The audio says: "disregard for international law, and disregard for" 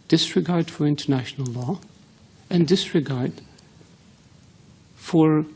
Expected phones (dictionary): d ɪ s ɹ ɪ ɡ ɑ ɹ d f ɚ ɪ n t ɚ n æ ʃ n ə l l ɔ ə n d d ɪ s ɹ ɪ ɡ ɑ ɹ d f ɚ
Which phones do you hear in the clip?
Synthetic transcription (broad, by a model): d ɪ s ɹ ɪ ɡ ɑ ɹ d f ɚ ɪ n t ɚ n æ ʃ n ə l l ɔ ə n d d ɪ s ɹ ɪ ɡ ɑ ɹ d f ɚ